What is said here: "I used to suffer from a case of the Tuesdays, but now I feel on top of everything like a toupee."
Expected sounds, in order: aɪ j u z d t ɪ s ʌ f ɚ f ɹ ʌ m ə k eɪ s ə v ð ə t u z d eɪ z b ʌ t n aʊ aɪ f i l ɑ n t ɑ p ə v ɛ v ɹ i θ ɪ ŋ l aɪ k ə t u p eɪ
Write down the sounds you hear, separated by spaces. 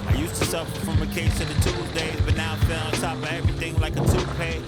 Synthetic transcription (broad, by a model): aɪ j u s t ɪ s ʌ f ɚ f ɹ ʌ m ə k eɪ s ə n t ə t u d eɪ z b ʌ t n aʊ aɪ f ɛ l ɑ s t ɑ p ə ɛ v ɹ i θ ɪ ŋ l aɪ k ə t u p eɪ